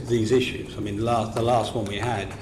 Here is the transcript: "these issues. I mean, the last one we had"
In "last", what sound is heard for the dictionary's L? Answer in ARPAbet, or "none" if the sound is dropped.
L